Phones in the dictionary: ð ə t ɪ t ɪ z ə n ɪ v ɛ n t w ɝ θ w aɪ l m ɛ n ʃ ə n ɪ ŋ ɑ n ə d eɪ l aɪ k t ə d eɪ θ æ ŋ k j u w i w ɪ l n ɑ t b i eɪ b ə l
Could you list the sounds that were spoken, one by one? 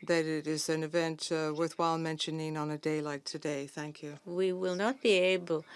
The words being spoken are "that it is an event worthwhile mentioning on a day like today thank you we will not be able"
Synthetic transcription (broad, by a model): ð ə t ɪ t ɪ z ə n ɪ v ɛ n t w ɝ θ w aɪ l m ɛ n ʃ ə n ɪ ŋ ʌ n ə d eɪ l aɪ t ə d eɪ θ æ ŋ k j u w i w ɪ l n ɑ t b i eɪ b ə l